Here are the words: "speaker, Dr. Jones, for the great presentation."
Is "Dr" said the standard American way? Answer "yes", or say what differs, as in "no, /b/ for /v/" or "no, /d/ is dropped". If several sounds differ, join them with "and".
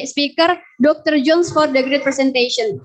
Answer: yes